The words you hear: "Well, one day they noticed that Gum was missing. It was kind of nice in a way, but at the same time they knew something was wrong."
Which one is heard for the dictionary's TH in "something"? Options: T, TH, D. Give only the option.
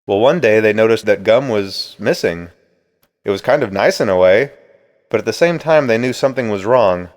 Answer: TH